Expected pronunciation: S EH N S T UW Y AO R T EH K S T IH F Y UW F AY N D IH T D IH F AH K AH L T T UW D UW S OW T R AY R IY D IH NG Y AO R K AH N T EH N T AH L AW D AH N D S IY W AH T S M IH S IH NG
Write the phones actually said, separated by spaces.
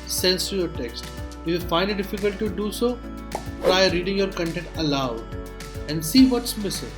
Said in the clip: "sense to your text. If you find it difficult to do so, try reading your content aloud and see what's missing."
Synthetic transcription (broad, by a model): S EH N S T UW Y AO R T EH K S T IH Y UW F AY N D IH T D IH F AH K AH L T T UW D UW S OW T R AY R IY D IH NG Y AO R K AH N T EH N T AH L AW AH N D S IY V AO T S M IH S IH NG